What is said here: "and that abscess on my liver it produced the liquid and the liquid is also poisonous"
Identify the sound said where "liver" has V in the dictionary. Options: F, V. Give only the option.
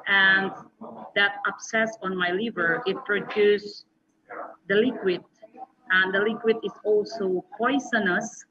V